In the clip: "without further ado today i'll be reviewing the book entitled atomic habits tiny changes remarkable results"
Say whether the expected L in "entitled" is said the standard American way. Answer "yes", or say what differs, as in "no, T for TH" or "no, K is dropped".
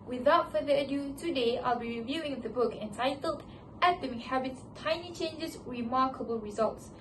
yes